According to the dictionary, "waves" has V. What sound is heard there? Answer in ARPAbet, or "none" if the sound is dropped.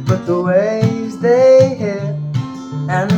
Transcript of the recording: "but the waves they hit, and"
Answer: none